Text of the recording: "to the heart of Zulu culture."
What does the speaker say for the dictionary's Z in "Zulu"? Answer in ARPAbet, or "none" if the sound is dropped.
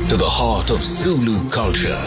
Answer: S